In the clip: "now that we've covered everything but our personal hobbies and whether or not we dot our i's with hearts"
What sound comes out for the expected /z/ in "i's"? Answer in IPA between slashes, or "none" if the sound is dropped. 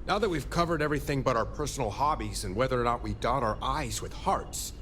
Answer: /z/